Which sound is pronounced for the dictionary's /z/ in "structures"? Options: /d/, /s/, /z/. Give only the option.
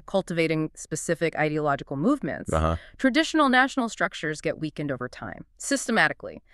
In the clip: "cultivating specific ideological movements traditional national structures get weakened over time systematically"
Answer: /z/